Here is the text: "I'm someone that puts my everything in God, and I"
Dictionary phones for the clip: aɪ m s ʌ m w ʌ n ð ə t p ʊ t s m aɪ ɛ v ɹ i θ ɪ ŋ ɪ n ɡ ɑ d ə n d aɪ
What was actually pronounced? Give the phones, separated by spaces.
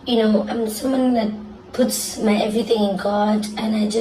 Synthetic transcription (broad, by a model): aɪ m s ʌ m w ʌ n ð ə t p ʊ t s m aɪ ɛ v ɹ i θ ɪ ŋ ɪ n ɡ ɑ d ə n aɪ